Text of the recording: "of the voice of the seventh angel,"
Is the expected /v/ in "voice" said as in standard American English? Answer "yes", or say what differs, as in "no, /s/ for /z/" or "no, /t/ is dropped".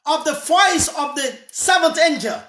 no, /f/ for /v/